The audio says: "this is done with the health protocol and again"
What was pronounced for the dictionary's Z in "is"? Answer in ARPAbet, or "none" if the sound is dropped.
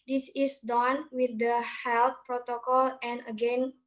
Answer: S